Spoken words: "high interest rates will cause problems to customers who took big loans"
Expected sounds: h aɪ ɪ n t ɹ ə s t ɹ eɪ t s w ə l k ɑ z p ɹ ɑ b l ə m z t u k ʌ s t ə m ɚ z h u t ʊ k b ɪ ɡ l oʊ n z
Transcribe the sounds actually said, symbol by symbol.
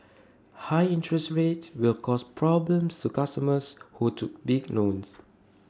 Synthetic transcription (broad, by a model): h aɪ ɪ n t ɹ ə s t ɹ eɪ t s w ə l k ɑ s p ɹ ɑ b l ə m s t u k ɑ s t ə m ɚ s h u t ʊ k b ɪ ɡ n oʊ n s